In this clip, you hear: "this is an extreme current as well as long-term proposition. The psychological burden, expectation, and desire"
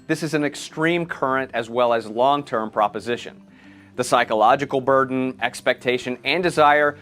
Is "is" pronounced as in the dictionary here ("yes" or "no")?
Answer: yes